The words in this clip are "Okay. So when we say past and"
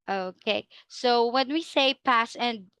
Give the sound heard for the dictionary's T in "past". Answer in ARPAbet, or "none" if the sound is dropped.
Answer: none